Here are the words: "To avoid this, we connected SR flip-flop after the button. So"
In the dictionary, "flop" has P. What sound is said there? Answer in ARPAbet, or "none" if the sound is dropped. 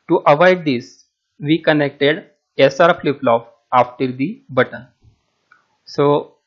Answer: F